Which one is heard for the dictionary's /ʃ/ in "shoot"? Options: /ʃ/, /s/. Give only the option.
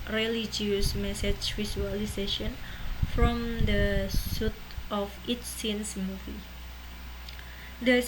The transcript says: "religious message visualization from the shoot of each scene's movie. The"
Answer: /s/